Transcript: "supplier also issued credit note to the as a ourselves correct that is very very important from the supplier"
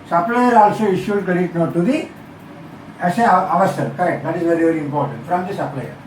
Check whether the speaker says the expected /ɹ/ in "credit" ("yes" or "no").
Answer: no